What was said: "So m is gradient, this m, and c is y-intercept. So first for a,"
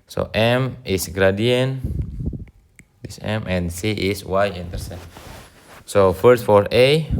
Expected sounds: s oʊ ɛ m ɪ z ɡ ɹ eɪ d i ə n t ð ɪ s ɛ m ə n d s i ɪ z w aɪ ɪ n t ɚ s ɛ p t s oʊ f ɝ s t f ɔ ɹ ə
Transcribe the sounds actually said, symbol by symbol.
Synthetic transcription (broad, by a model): s oʊ ɛ m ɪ s ɡ ɹ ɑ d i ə n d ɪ s ɛ m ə n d s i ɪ s w aɪ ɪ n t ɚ s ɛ t s oʊ f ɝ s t f ɔ ɹ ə